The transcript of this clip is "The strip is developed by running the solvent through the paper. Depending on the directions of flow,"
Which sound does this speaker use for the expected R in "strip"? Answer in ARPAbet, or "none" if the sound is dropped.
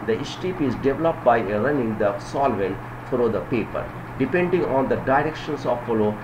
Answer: none